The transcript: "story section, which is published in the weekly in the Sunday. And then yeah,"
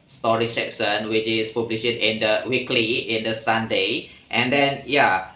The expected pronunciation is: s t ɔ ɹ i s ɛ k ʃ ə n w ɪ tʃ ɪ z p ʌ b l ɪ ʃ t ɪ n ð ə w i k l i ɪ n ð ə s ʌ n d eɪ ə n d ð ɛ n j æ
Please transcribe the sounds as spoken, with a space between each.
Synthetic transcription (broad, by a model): s t ɔ ɹ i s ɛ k s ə n w ɪ tʃ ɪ s p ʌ b l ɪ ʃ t ɪ n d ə w i k l i ɪ n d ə s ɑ n d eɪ ə n d ɛ n j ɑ